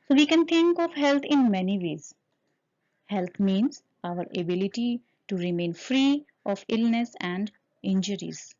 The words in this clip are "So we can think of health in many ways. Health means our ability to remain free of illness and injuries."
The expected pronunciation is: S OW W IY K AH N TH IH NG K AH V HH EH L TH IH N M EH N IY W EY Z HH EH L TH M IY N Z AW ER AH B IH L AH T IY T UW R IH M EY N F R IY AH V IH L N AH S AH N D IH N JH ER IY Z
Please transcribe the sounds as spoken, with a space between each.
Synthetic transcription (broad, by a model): S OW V IY K AH N T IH NG K AH V HH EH L T IH N M EH N IY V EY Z HH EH L T M IY N Z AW ER AH B IH L AH T IY T UW R IH M EY N F R IY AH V IH L N AH S AH N D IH N JH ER IY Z